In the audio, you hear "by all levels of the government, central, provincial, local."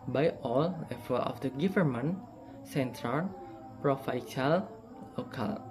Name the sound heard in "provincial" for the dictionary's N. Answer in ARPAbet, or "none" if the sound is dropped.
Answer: none